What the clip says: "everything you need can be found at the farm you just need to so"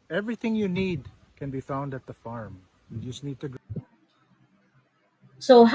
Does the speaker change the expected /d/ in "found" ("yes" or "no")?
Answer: no